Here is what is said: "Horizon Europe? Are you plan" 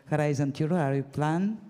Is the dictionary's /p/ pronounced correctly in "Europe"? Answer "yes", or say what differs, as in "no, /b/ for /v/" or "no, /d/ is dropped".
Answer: no, /p/ is dropped